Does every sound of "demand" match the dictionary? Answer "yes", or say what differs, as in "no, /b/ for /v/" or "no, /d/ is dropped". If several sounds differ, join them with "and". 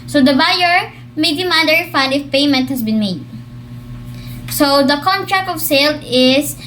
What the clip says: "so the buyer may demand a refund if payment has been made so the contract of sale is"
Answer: no, /n/ is dropped